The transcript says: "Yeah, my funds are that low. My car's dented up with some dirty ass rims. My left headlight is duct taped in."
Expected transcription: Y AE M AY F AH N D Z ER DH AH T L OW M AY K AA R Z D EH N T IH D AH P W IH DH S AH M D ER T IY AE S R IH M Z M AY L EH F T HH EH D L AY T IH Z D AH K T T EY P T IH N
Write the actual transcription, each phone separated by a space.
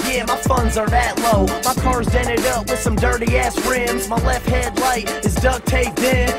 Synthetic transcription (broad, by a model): Y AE M AY F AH N Z ER DH AH T L OW M AY K AA R Z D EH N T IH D AH P W IH DH S AH M D ER T IY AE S R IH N Z M AY L EH F T HH EH D L AY T IH Z D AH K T T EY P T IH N